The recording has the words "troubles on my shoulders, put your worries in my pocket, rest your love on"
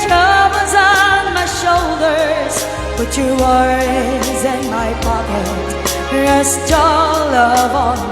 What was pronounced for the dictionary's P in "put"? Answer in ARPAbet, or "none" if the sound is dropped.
B